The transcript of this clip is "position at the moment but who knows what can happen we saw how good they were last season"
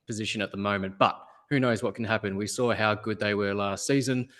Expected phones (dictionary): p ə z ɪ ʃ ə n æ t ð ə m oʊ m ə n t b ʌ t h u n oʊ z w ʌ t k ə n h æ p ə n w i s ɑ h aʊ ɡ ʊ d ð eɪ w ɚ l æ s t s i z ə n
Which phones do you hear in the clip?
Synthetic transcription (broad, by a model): p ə z ɪ ʃ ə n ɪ t ð ə m oʊ m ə n b ʌ t h u n oʊ z w ʌ t k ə n h æ p ə n w i s ɑ h aʊ ɡ ʊ d ð eɪ w ɚ l æ s t s i z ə n